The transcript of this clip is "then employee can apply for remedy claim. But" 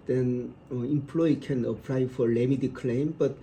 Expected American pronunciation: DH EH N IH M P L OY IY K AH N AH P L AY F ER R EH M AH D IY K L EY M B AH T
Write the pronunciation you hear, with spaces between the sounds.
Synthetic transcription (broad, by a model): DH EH N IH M P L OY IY K AH N AH P L AY F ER L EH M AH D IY K L EY M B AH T